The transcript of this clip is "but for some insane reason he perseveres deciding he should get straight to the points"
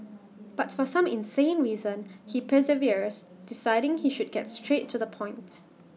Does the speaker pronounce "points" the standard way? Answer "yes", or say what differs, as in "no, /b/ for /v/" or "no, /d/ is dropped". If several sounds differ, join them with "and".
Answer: no, /s/ is dropped